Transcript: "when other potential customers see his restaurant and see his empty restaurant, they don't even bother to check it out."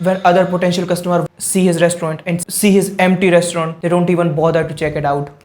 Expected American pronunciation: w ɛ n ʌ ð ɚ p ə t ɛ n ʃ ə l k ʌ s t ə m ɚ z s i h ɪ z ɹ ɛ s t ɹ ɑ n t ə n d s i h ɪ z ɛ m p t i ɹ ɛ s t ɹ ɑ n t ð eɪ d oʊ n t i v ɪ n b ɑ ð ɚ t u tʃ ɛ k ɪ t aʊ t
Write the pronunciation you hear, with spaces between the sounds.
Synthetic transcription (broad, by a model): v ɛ n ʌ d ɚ p ə t ɛ n ʃ ə l k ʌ s t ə m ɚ s i h ɪ z ɹ ɛ s t ɹ ɑ n t ə n d s i h ɪ z ɛ m p t i ɹ ɛ s t ɹ ɑ n t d eɪ d oʊ n t i v ɪ n b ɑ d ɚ t u tʃ ɛ k ɪ t aʊ t